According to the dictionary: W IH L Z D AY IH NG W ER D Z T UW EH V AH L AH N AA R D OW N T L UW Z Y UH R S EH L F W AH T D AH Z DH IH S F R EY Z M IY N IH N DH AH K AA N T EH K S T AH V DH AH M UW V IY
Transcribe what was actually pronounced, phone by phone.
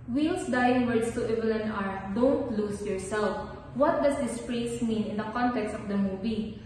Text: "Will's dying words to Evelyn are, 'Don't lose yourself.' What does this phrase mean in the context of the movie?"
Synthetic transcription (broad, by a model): W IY L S D AY IH NG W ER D S T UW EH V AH L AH N AA R D OW N T L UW S Y UH R S EH L F W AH T D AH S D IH S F R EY S M IY N IH N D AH K AA N T EH K S T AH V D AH M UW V IY